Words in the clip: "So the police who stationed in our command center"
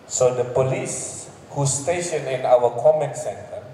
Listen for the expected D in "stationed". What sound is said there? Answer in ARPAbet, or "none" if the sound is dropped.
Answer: none